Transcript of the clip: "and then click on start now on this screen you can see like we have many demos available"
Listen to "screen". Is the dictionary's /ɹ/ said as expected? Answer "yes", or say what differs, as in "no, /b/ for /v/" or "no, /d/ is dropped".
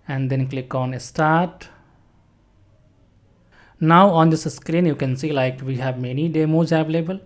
yes